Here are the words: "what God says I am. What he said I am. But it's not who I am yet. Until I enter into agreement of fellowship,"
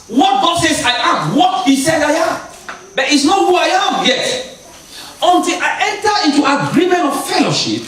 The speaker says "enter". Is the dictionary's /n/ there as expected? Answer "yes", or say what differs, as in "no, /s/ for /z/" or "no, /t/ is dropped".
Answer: yes